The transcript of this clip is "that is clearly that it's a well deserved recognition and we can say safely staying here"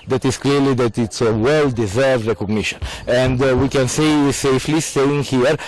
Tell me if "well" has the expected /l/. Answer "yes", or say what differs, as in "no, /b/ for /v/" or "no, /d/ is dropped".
yes